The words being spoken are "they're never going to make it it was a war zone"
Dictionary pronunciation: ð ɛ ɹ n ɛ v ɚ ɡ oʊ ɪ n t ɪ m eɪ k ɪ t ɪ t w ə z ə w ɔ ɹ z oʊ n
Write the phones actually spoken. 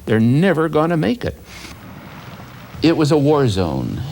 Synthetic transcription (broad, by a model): ð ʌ ɹ n ɛ v ɚ ɡ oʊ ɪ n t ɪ m eɪ k ɪ t ɪ t w ə z ə w ɔ ɹ z oʊ n